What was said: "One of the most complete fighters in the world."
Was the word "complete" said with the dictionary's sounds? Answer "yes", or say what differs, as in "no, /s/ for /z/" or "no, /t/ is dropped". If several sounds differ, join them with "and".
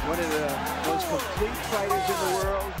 no, /m/ is dropped